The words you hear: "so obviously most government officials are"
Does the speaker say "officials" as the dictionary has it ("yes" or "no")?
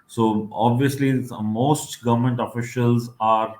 yes